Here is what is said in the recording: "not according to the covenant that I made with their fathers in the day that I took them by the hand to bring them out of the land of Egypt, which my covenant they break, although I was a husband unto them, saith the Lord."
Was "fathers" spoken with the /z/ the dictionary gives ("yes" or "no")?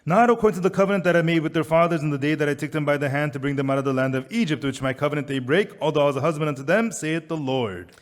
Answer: yes